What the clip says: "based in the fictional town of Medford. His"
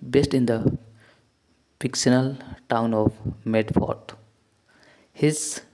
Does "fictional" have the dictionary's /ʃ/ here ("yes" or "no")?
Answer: no